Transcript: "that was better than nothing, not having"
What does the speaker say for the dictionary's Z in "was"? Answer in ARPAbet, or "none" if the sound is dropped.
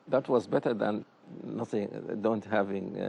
Z